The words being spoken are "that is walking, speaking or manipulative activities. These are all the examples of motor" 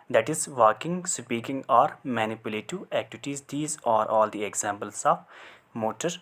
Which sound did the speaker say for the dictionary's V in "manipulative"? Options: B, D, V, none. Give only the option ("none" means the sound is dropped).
none